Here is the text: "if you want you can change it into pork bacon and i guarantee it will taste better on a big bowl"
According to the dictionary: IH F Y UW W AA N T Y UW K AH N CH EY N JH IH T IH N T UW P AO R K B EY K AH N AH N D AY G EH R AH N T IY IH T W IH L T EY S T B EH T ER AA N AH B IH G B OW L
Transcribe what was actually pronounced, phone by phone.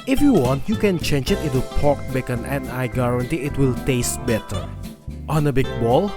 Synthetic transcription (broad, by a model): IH F Y UW W AA N T Y UW K AH N CH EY N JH IH T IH T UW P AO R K B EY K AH N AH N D AY G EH R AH N T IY IH T W IH L T EY S T B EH T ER AA N AH B IH G B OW L